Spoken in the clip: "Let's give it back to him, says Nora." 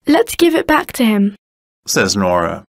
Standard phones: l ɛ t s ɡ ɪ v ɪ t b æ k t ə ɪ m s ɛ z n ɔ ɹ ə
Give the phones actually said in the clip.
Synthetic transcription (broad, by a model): l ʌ t s ɡ ɪ v ɪ t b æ k t ə ɪ m s ɛ z n ɔ ɹ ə